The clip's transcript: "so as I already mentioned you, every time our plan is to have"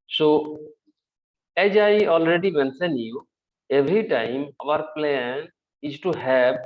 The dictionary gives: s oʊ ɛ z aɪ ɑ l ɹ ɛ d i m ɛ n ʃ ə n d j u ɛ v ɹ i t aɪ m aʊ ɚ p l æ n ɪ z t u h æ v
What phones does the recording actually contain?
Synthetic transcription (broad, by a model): s oʊ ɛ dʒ aɪ ɑ l ɹ ɛ d i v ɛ n s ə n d j u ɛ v ɹ i t aɪ m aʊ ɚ p l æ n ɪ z t u h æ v